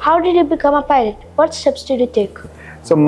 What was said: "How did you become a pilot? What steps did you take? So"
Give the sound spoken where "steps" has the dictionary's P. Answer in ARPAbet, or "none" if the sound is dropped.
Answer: B